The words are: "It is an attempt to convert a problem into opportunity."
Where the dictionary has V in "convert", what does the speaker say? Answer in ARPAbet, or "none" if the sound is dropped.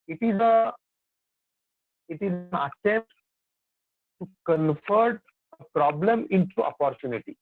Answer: F